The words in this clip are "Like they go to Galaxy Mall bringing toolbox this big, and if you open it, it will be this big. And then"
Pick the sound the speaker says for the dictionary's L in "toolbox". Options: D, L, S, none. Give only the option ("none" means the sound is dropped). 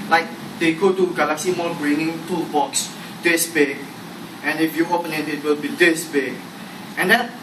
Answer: none